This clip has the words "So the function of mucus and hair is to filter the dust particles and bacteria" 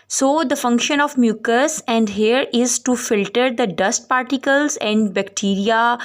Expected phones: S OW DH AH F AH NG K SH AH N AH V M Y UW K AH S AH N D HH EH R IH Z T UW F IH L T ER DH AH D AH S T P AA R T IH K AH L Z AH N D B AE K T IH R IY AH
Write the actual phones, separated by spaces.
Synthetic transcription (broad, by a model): S OW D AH F AH NG K SH AH N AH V M Y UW K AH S AH N D HH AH R IH Z T UW F IH L T ER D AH D AH S T P AA R T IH K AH L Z AH N D B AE K T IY R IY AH